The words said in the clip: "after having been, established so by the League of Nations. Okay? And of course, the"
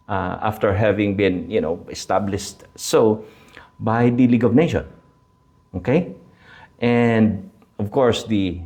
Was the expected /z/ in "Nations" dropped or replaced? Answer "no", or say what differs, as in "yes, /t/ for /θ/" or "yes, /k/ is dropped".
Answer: yes, /z/ is dropped